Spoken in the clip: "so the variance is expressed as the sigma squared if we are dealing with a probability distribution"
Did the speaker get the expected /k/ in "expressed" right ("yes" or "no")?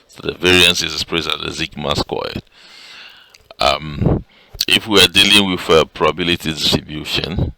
no